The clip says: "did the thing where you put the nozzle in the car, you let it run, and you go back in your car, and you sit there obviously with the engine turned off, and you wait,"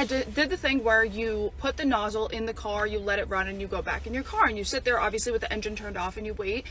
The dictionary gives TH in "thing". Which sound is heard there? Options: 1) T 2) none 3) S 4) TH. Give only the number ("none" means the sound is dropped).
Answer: 4